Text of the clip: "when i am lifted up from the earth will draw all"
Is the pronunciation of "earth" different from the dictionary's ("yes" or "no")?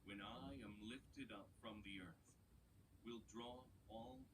no